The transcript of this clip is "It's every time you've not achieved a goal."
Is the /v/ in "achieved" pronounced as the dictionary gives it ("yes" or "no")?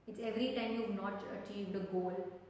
yes